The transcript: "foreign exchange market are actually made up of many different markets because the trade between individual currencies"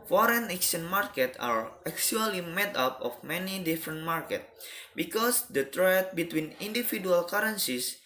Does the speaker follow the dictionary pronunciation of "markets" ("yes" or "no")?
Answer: no